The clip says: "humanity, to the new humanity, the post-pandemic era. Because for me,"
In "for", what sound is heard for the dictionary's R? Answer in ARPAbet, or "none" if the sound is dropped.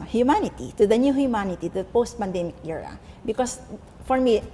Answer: R